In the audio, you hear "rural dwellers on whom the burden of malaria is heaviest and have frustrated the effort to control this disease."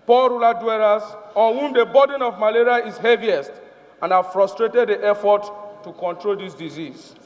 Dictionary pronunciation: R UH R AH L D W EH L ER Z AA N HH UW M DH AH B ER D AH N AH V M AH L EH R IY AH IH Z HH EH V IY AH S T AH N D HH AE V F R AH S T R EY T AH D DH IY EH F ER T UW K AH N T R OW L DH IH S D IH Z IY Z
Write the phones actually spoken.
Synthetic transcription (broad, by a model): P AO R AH L D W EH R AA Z AA N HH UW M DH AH B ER D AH N AH V M AH L EH R IY AH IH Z HH EH V IY AH S T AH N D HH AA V F R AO S T R EY T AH D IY EH F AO T UW K AH N T R OW L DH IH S D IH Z IY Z